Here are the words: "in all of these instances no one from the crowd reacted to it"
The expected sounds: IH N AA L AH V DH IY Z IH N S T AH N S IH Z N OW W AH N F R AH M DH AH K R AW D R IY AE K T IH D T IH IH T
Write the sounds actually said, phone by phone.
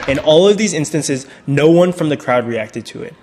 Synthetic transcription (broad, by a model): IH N AA L AH V DH IY Z IH N S T AH N S IH Z N OW W AH N F R AH M DH AH K R AW D R IY AE K T IH D T IH IH T